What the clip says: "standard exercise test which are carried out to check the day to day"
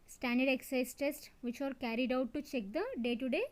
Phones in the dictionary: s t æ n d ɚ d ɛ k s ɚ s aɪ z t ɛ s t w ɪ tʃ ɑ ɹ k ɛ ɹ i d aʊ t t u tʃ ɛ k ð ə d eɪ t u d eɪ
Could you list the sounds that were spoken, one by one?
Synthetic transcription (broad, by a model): s t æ n d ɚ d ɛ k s s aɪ s t ɛ s t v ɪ tʃ ɑ ɹ k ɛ ɹ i d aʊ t t u tʃ ɛ k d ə d eɪ t u d eɪ